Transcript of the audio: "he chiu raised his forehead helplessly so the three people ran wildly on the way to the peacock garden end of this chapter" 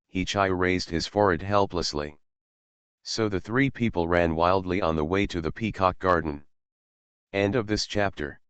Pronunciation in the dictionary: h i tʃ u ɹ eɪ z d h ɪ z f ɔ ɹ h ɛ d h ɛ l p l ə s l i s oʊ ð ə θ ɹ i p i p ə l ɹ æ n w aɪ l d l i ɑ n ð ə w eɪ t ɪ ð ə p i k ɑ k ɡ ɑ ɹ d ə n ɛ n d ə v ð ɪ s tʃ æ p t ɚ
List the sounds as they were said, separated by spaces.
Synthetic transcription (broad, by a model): h i tʃ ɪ ɹ eɪ z d h ɪ z f ɔ ɹ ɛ d h ɛ l p l ə s l i s oʊ ð ə θ ɹ i p i p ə l ɹ æ n w aɪ l d l i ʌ n ð ə w eɪ t ɪ ð ə p i k ɑ k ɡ ɑ ɹ d n ɛ n d ə v ð ɪ s tʃ æ p t ɚ